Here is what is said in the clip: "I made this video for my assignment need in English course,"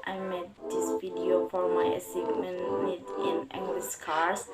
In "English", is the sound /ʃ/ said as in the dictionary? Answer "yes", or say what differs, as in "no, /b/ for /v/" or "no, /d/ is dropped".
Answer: no, /s/ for /ʃ/